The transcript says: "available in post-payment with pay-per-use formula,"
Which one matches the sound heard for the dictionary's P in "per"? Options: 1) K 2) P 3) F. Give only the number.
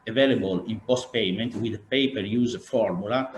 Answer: 2